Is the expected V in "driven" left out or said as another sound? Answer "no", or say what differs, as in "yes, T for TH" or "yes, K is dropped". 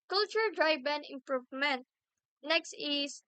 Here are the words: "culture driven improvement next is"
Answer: yes, B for V